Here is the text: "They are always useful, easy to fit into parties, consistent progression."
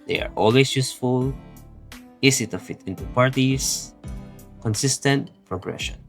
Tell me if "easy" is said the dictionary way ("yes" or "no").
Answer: no